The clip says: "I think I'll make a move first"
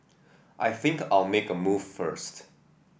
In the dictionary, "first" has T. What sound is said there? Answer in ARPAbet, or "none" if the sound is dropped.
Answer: T